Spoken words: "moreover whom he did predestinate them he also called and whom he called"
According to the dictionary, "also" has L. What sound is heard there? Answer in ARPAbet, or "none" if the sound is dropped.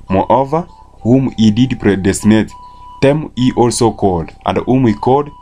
L